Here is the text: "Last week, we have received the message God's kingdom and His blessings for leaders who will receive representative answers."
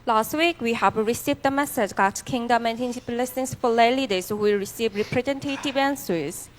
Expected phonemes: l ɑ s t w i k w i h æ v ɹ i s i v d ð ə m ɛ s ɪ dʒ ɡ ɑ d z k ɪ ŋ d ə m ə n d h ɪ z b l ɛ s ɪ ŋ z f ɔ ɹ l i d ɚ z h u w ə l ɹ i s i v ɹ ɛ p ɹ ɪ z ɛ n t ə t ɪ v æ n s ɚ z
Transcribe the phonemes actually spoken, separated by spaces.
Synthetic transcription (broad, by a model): l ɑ s t w i k w i h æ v ɹ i s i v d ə m ɛ s ɪ dʒ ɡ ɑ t k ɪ ŋ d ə m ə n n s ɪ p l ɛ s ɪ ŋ s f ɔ l l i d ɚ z h u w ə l ɹ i s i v ɹ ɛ p ɹ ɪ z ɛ n t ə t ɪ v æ n s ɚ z